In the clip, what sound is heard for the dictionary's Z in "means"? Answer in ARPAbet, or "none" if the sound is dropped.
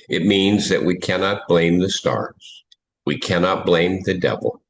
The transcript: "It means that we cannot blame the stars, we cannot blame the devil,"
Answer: Z